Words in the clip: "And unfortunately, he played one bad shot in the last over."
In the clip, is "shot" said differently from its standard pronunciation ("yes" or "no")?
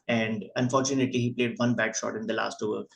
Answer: no